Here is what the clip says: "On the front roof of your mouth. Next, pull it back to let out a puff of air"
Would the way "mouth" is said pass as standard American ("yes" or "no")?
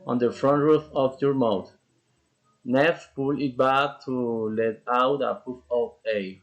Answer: no